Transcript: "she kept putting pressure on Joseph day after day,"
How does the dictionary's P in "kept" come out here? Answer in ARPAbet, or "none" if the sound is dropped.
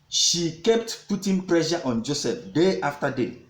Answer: P